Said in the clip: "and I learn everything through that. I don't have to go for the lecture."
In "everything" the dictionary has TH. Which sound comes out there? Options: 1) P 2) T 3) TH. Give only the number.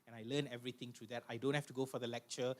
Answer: 2